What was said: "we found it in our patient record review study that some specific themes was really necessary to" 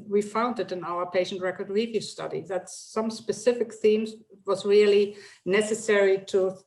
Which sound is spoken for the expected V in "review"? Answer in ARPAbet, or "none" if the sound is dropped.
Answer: V